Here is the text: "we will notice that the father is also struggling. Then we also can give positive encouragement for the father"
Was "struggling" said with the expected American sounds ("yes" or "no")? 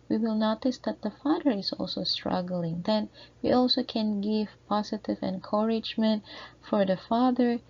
yes